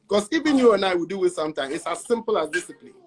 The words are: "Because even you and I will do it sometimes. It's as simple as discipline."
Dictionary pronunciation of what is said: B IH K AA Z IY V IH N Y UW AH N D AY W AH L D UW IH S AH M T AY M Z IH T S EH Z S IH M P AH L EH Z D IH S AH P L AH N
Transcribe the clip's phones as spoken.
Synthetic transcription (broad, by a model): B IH K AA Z IY V IH N Y UW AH N AY W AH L D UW IH S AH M T AY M IH T S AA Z S IH M P AH L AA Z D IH S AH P L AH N